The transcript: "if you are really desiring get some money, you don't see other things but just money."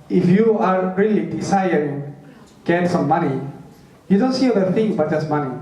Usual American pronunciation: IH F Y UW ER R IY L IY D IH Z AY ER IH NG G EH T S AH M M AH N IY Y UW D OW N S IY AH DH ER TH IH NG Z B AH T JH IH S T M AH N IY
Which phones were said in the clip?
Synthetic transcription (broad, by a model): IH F Y UW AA R IY L IY D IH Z AY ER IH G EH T S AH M M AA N IY Y UW D OW N S IY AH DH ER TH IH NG B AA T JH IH S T M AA N IY